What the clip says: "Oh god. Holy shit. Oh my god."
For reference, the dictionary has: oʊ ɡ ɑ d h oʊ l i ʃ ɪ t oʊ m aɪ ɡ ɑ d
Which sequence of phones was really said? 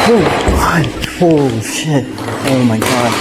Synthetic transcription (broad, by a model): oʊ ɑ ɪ i ʃ ɪ t oʊ m aɪ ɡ ɑ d